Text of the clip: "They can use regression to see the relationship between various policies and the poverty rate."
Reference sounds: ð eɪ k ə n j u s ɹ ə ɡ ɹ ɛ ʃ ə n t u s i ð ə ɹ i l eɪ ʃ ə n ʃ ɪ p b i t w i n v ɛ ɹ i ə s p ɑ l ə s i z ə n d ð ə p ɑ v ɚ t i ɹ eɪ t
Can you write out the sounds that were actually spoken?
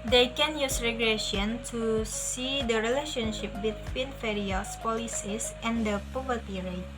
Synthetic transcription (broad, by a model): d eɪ k ə n j u s ɹ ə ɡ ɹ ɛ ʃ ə n t u s i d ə ɹ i l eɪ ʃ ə n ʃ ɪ p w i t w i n f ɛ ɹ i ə s p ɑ l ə s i s ə n d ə p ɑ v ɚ t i ɹ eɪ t